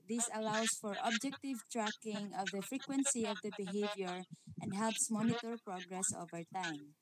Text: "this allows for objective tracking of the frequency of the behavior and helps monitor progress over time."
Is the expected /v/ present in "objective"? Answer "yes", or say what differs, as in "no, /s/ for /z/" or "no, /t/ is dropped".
yes